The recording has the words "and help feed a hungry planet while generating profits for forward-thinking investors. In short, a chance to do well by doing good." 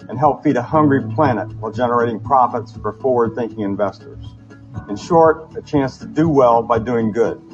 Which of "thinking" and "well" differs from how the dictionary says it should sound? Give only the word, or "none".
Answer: none